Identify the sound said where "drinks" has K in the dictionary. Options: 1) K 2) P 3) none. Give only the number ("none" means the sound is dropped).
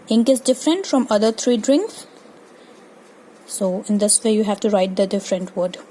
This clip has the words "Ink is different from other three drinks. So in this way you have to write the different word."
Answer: 1